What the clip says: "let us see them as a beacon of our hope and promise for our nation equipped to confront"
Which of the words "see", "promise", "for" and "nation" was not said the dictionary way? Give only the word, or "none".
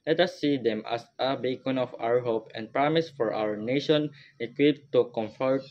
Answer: none